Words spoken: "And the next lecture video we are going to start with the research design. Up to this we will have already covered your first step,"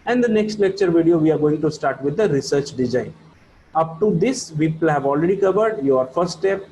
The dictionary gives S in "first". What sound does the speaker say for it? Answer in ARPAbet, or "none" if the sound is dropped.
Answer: none